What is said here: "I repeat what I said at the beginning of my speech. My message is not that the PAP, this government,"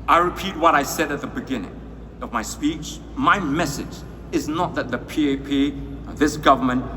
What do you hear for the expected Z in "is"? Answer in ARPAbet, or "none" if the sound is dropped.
Z